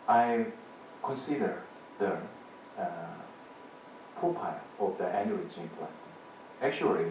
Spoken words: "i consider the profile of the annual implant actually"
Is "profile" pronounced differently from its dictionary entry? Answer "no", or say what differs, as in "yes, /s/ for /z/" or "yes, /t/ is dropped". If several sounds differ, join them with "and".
yes, /ɹ/ is dropped and /p/ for /f/